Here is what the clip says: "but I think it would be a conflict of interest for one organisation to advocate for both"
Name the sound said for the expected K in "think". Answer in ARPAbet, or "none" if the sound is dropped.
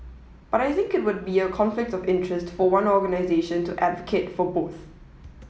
K